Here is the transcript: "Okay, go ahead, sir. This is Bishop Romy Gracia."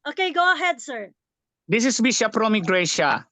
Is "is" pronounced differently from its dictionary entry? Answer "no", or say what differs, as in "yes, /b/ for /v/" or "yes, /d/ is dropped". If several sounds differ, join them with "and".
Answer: yes, /s/ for /z/